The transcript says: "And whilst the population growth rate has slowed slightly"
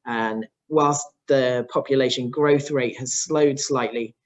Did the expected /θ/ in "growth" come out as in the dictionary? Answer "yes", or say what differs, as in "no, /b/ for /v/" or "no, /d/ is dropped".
yes